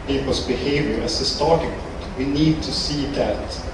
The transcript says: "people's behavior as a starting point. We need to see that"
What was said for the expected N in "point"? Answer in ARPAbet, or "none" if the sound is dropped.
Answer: none